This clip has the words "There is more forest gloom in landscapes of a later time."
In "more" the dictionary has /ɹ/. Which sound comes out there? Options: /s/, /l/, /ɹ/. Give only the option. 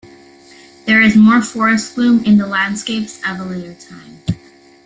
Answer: /ɹ/